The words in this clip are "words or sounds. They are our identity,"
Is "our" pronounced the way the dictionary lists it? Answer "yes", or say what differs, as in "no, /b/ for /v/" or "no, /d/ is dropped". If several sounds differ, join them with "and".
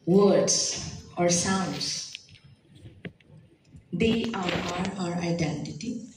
yes